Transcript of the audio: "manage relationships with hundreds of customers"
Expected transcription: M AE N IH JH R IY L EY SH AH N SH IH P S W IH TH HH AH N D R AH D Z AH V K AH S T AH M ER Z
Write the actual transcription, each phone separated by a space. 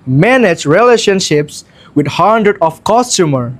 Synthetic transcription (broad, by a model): M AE N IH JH R IY L EY SH AH N SH IH P S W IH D HH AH N D R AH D AH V K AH S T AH M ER